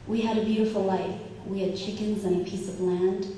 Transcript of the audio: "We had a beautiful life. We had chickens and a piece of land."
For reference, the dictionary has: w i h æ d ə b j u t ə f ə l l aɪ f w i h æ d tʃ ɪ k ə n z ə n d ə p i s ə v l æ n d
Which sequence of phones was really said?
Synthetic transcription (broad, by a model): w i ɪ d ə b j u t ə f l l aɪ f w i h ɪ d tʃ ɪ k ə n z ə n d ə p i s ə v l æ n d